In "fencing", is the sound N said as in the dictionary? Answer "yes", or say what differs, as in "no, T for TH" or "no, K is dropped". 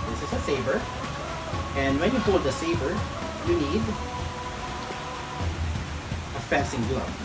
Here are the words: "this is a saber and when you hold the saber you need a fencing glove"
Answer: no, N is dropped